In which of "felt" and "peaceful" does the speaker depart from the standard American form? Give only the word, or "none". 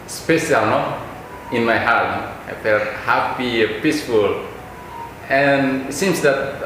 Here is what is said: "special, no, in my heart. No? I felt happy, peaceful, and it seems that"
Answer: felt